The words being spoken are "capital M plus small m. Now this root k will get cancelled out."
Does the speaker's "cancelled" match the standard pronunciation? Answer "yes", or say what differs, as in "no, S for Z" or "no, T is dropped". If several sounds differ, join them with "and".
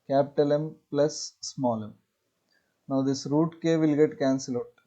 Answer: no, D is dropped